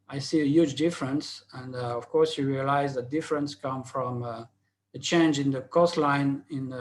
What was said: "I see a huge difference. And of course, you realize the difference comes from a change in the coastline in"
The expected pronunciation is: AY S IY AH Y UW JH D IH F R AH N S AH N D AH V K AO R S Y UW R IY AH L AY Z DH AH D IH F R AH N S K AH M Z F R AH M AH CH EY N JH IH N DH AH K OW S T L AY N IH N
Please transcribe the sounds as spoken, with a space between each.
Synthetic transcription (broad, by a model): AY S IY AH Y UW JH D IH F R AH N S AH N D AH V K AO R S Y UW R IY AH L AY Z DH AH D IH F R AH N S K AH M F R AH M AH CH EY N JH IH N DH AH K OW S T L AY N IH N